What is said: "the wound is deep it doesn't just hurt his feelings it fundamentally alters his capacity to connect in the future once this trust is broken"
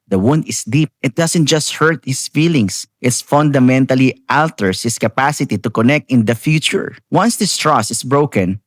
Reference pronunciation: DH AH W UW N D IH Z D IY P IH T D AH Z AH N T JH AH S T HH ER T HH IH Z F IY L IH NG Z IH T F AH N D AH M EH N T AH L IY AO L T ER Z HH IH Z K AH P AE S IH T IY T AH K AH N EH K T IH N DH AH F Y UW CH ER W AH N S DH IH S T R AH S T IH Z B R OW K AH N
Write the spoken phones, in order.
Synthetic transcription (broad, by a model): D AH W UW N D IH S D IY P IH T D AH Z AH N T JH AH S T HH ER T HH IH S F IY L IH NG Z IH T F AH N D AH M EH N T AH L IY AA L T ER S HH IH S K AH P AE S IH T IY T AH K AH N EH K T IH N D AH F Y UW CH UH W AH N S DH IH S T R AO S IH S B R OW K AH N